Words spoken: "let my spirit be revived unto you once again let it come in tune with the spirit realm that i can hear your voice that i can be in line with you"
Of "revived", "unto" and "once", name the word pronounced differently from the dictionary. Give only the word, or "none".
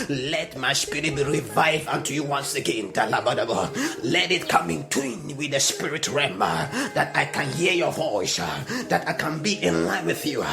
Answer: revived